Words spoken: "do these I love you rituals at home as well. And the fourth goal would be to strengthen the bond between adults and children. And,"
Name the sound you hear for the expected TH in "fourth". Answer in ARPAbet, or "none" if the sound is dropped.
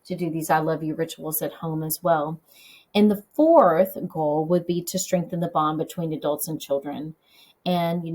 TH